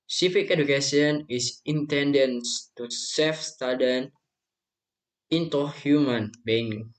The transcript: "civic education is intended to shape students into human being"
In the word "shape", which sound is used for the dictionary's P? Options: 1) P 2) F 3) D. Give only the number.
2